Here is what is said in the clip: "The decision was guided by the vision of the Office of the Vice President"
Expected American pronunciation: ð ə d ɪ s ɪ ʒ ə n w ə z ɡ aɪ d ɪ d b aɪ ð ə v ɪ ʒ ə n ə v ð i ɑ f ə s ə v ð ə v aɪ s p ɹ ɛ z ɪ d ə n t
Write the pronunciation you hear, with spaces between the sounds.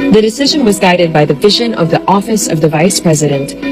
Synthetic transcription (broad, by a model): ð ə d ɪ s ɪ ʒ ə n w ə z ɡ aɪ d ɪ d b aɪ ð ə v ɪ ʒ ə n ə v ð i ɑ f ə s ə v ð ə v aɪ s p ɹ ɛ z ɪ d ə n t